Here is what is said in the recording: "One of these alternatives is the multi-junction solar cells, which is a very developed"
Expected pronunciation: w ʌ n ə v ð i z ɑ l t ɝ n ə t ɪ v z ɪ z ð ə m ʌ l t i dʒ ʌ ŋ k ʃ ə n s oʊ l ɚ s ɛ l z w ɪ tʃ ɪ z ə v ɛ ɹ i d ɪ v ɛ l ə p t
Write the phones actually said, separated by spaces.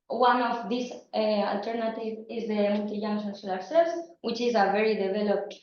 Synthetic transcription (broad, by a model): w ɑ n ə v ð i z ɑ l t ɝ n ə t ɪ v ɪ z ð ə m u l t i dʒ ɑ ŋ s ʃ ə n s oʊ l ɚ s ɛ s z w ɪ tʃ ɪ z ə v ɛ ɹ i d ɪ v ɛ l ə p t